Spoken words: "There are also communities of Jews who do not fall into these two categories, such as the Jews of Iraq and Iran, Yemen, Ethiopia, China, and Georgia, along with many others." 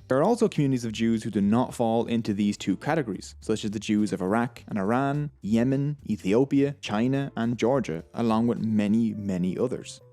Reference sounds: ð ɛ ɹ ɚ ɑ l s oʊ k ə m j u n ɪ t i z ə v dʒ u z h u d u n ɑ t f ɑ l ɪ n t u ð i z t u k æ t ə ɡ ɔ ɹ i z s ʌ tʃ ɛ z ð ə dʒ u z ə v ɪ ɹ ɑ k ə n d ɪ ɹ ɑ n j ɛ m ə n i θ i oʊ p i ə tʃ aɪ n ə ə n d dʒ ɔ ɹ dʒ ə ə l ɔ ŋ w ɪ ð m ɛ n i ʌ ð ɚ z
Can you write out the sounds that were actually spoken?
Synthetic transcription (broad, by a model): ð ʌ ɹ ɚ ɑ l s oʊ k ə m j u n ɪ t i z ə v dʒ u z h u d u n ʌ t f ɑ l ɪ n t u ð i z t u k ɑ t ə ɡ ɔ ɹ i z s ʌ tʃ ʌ z ð ə dʒ u z ə v ɪ ɹ ɑ k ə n ɪ ɹ ɑ n j ɛ m ə n i θ i oʊ p i ə tʃ aɪ n ə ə n dʒ ɔ ɹ dʒ ə ə l ɔ ŋ w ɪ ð m ɛ n i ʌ ð ɚ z